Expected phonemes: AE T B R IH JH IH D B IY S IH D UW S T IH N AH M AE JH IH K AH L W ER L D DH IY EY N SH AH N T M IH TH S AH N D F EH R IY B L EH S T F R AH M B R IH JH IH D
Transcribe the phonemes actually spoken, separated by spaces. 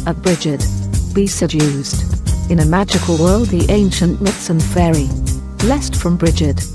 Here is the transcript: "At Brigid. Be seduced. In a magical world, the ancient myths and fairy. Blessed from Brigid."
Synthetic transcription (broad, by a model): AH B R IH JH IH D B IY S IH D UW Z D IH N AH M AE JH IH K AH L W ER L D DH IY EY N SH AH N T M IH T S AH N F EH R IY L EH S T F R AH M B R IH JH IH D